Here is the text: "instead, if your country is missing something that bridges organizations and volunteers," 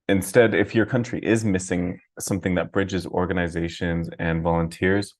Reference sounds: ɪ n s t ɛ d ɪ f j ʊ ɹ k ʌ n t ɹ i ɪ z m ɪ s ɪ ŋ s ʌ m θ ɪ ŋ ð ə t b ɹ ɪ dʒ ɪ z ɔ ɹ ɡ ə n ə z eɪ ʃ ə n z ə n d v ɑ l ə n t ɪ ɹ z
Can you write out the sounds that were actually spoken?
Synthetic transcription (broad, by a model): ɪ n s t ɛ d ɪ f j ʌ ɹ k ʌ n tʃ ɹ i ɪ z m ɪ s ɪ ŋ s ʌ m θ ɪ ŋ ð ə t b ɹ ɪ dʒ ɪ z ɔ ɹ ɡ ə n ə z eɪ ʃ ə n z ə n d v ɑ l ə n t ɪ ɹ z